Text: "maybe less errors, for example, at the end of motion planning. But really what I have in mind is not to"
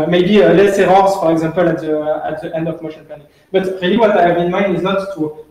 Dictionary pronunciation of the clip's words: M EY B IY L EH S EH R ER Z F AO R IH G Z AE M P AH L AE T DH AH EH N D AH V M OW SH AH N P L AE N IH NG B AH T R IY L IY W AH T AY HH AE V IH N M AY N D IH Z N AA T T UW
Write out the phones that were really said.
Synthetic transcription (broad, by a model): M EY B IY L EH S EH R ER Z F AO R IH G Z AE M P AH L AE T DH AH EH N D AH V M OW SH AH N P AE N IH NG B AH T R IY L IY W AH T AY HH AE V IH N M AY N D IH Z N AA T T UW